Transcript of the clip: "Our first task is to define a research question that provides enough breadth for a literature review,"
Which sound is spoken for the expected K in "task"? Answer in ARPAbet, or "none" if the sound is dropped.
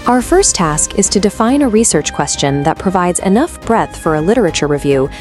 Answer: K